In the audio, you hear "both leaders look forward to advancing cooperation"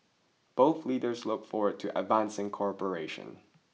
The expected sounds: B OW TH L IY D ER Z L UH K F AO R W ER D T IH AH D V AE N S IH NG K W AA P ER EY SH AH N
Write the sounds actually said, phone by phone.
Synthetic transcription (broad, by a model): B OW TH L IY D ER Z L UH K F AO R W ER D T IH AH D V AE N S IH NG K AA P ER EY SH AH N